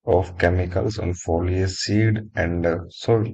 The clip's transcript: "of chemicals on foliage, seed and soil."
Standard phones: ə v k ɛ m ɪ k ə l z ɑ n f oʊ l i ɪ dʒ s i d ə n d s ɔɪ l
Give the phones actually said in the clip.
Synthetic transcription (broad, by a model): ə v k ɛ m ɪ k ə l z ɑ n f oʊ l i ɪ s i d ə n d s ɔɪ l